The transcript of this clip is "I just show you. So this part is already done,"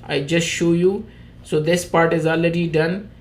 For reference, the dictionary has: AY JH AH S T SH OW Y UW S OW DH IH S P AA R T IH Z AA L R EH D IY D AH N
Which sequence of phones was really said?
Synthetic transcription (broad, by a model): AY JH AH S T SH OW Y UW S OW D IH S P AA R T IH Z AA L R EH D IY D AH N